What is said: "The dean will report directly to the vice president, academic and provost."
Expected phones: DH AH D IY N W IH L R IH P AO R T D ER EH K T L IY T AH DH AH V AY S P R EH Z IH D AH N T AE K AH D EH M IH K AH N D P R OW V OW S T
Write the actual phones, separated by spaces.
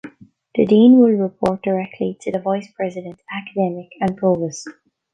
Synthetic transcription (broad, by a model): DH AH D IY N W IH L R IH P AO R T D ER EH K T L IY T AH DH AH V AY S P R EH Z IH D AH N T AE K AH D EH M IH K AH N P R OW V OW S